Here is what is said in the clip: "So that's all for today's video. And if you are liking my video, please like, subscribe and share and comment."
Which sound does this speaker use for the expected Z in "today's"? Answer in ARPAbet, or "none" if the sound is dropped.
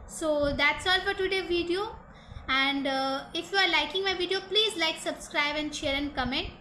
none